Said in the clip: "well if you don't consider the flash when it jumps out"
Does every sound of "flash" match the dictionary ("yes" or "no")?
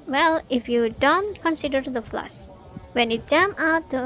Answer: no